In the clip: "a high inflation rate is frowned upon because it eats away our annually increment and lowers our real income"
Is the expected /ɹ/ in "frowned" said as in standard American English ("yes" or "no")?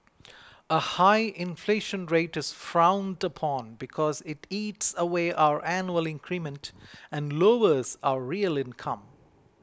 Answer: yes